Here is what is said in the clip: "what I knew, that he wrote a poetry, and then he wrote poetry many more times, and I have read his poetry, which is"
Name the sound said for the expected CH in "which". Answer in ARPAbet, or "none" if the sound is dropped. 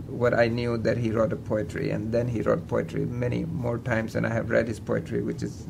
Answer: CH